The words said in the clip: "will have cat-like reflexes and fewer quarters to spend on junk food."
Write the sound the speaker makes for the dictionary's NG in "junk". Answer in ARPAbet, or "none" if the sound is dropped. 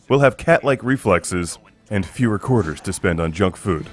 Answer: NG